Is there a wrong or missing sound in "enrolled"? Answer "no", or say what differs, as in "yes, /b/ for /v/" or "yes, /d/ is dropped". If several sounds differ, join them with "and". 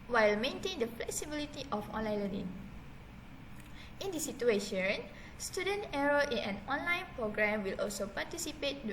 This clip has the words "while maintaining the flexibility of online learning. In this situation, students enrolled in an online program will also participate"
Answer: yes, /n/ is dropped and /d/ is dropped